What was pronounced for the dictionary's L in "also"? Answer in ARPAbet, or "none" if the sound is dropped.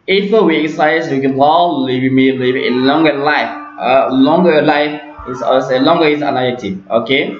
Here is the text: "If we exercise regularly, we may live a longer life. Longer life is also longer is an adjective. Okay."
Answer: none